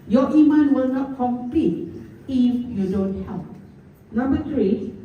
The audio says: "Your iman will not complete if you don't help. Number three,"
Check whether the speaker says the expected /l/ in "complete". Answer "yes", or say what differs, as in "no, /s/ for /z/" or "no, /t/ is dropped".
no, /l/ is dropped